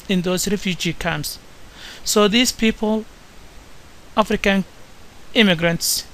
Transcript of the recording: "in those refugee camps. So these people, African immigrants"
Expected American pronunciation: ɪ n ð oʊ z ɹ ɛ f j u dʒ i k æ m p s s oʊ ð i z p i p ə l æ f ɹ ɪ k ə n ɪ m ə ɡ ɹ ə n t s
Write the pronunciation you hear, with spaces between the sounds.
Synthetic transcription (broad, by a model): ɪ n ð oʊ s ɹ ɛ f j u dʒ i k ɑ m s s oʊ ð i s p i p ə l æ f ɹ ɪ k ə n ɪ m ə ɡ ɹ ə n t s